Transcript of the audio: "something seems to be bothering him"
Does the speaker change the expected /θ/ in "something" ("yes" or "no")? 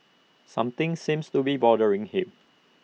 yes